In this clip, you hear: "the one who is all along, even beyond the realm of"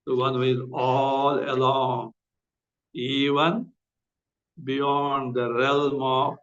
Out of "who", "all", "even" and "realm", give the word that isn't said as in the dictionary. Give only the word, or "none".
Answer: none